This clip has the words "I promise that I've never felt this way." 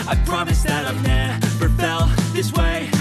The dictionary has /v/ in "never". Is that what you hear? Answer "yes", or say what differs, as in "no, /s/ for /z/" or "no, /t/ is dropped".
no, /p/ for /v/